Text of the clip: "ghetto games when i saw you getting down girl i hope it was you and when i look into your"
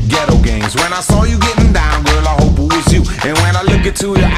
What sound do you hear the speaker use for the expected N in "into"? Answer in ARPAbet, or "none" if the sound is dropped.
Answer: none